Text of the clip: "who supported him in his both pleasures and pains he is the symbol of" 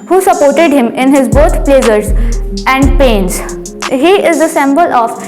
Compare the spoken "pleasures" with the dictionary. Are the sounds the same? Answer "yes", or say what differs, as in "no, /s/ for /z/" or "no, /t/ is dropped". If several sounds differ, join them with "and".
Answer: no, /s/ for /ʒ/